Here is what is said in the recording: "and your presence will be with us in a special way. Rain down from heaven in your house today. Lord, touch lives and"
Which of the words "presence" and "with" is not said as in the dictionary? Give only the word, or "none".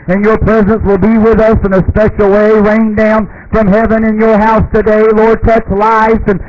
none